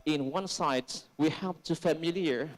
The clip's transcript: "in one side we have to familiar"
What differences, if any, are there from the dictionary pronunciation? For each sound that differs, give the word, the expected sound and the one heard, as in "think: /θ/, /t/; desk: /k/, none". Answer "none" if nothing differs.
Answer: have: /v/, /p/